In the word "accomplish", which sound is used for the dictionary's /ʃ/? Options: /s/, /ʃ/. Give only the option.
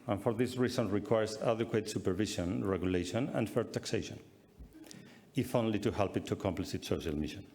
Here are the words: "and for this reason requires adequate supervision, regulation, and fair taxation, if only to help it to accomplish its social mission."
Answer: /s/